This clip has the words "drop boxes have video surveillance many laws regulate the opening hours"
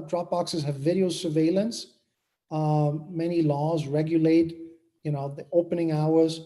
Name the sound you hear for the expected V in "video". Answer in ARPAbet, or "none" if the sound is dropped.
V